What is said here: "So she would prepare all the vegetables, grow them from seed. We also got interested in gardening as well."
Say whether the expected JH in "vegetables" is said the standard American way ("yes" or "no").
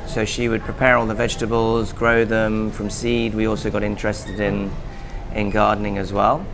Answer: yes